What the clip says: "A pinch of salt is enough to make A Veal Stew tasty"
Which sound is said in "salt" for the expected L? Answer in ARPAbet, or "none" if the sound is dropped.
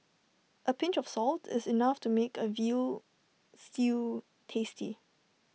L